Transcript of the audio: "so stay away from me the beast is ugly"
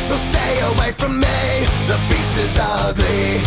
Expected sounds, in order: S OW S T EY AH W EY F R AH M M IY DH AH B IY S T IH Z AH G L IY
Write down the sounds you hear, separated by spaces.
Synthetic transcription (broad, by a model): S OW S T EY AH W EY F R AH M M IY DH AH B IY S IH Z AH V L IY